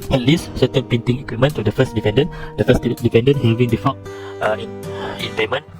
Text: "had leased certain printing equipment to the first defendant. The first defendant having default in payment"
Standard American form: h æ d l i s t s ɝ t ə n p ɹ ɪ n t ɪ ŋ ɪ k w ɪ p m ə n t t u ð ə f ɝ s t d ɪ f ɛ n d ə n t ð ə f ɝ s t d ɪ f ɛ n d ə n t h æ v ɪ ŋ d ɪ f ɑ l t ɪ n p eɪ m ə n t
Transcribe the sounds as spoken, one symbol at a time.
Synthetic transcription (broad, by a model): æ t l i s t s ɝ t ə n p i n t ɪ ŋ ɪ k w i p m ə n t t u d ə f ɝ s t d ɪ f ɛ n d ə n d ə f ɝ s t d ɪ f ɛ n d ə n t h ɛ v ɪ ŋ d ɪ f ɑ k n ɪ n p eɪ m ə n